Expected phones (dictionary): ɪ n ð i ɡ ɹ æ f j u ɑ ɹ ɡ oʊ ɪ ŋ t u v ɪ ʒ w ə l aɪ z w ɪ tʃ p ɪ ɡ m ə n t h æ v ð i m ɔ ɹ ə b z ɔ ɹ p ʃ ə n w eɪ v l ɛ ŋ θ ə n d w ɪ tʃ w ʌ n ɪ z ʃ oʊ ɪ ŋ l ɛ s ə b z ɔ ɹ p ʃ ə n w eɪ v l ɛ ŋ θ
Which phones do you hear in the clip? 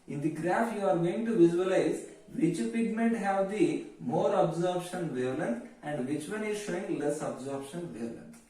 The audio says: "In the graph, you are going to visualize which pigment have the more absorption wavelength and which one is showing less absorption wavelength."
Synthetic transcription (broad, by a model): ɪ n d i ɡ ɹ æ f j u ɑ ɹ ɡ oʊ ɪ ŋ t u v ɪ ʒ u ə l aɪ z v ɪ tʃ p ɪ ɡ m ə n t h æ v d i m ɔ ɹ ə b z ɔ ɹ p ʃ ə n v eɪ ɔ l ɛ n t ə n d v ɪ tʃ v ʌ n ɪ z ʃ oʊ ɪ ŋ l ɛ s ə b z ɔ ɹ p ʃ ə n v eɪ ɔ l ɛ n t